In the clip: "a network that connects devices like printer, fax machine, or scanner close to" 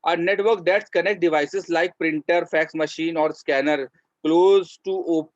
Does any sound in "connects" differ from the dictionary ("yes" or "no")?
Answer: yes